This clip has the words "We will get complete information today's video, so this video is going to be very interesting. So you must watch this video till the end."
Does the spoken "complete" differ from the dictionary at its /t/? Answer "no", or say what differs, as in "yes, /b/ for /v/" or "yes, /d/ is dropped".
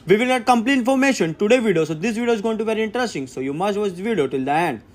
yes, /t/ is dropped